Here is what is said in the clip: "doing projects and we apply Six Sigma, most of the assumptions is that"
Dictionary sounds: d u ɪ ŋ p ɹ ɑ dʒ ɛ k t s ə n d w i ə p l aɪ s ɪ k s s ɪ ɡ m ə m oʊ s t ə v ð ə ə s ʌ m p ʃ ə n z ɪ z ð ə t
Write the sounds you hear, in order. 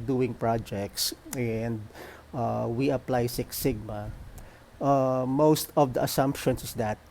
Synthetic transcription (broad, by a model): d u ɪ ŋ p ɹ ɑ dʒ ɛ k t s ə n d w i ə p l aɪ s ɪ k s s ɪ ɡ m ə m oʊ s t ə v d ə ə s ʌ m p ʃ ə n s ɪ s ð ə t